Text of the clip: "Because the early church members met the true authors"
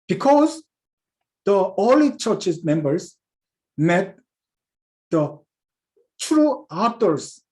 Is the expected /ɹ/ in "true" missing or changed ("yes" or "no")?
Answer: no